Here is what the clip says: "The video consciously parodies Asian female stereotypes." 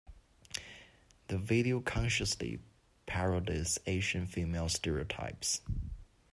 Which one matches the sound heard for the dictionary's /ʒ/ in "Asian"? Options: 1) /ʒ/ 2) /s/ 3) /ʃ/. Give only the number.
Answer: 3